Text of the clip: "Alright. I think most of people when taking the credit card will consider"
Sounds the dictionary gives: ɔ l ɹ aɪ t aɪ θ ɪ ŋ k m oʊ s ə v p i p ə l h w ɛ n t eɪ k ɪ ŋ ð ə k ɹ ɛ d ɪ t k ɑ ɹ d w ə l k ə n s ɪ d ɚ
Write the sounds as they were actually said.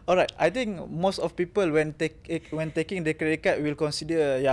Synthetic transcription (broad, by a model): ɔ l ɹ aɪ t aɪ t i ŋ k m oʊ s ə f p i p ə l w w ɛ n t eɪ k ɪ ŋ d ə k ɛ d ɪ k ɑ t w ə l k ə n s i d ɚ